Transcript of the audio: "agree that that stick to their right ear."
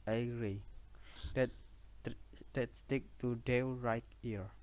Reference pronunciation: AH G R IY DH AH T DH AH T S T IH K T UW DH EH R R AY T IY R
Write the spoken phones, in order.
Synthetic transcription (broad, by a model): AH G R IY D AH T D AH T S T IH K T UW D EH W R AY T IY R